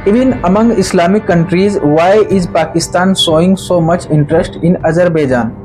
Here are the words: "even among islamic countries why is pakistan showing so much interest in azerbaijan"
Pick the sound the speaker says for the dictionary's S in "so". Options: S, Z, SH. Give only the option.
S